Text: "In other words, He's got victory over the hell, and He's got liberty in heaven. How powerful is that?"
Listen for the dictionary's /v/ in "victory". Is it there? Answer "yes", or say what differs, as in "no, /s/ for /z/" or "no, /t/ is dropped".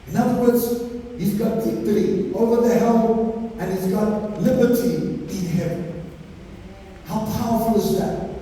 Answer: no, /b/ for /v/